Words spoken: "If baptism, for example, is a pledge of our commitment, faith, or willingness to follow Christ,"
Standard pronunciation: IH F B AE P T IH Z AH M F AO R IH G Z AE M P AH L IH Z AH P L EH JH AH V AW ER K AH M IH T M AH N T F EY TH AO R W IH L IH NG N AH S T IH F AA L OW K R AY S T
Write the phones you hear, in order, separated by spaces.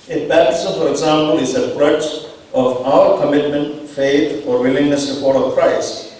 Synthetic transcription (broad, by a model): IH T B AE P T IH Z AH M F AO R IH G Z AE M P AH L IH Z AH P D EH CH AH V AW ER K AH M IH T M AH N T F EY T AO R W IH L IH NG N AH S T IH P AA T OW K R AY S T